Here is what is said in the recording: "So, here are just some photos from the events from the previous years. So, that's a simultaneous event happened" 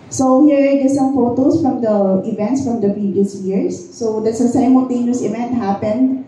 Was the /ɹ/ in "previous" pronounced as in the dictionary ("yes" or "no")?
yes